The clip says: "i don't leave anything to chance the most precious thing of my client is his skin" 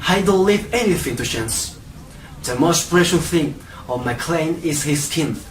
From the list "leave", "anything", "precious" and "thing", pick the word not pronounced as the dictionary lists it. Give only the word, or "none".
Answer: precious